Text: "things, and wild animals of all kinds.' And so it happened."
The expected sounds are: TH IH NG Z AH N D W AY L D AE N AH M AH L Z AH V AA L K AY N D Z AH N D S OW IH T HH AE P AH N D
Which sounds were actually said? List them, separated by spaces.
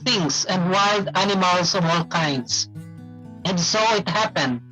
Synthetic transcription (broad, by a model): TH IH NG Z AH N D W AY L D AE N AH M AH L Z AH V AA L K AY N D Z AH N D S OW IH T HH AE P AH N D